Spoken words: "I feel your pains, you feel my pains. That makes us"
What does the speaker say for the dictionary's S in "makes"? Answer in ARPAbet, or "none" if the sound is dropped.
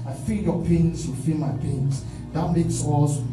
S